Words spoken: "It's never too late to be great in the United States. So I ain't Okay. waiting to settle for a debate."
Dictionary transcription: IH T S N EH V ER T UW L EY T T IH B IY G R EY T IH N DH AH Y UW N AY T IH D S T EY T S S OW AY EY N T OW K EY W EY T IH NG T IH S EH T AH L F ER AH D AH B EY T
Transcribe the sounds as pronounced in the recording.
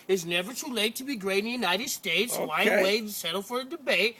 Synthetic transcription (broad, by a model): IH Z N EH V ER T UW L EY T T IH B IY G R EY IH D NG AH Y UW N AY T IH D S T EY T S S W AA IH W EY IH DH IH S EH T L F ER AH D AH B EY T